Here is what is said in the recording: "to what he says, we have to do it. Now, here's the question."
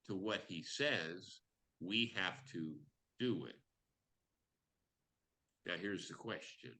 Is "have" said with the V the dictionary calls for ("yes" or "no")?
no